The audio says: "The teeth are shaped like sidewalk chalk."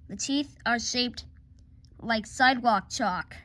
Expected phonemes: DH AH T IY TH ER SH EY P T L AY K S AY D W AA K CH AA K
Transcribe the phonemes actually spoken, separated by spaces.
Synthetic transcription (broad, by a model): DH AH T IY TH ER SH EY P T L AY K S AY D W AA K CH AA K